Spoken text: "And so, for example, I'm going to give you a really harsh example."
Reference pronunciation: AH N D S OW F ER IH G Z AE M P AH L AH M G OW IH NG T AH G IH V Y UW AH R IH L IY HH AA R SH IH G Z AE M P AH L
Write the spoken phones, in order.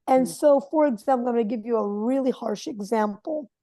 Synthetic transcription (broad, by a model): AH N S OW F ER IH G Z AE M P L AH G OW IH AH G IH V Y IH AH R IH L IY HH AA R SH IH G Z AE M P L